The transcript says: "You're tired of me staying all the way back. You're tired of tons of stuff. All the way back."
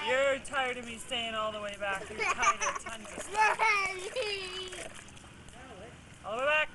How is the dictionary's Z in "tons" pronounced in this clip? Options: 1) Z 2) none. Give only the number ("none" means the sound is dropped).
2